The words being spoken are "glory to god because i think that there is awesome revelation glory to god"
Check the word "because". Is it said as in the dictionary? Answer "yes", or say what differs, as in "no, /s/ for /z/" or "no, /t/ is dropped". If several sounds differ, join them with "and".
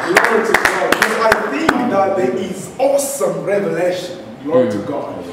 no, /k/ is dropped and /z/ is dropped